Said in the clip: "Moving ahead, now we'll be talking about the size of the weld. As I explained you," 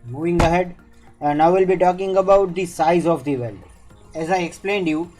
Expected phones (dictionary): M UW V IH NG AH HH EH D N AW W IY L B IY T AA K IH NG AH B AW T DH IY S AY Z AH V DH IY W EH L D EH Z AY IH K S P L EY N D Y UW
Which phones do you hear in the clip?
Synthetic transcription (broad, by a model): M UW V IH NG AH HH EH D N AW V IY L B IY T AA K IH NG AH B AW T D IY S AY Z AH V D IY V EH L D EH Z AY IH K S P L EY N D Y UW